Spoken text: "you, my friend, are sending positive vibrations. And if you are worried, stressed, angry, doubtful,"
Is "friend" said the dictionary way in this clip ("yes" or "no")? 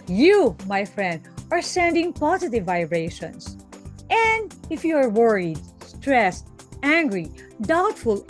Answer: yes